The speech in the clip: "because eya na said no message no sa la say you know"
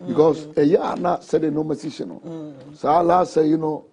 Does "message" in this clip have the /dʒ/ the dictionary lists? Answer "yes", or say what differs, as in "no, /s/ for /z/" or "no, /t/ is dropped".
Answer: no, /ʃ/ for /dʒ/